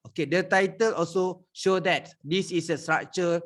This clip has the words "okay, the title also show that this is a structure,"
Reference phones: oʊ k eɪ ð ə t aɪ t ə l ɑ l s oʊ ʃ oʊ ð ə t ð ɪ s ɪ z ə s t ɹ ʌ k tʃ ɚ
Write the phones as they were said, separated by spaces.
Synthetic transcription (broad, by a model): oʊ k eɪ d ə t aɪ t ə l ɑ l s oʊ ʃ oʊ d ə t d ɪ s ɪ s ə s t ɹ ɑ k tʃ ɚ